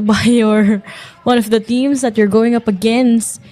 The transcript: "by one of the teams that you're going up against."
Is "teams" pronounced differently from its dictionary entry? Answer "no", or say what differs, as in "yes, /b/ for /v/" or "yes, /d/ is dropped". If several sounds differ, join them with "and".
yes, /s/ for /z/